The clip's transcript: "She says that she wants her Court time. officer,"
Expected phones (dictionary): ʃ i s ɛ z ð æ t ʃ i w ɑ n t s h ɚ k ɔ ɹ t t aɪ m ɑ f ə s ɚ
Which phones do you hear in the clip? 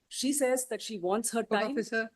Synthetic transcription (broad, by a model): ʃ i s ɛ z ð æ t ʃ i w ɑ n t s h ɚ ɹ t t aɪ ɑ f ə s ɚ